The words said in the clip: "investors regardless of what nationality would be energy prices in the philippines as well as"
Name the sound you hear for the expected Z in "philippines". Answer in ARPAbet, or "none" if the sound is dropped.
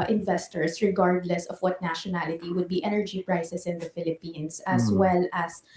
S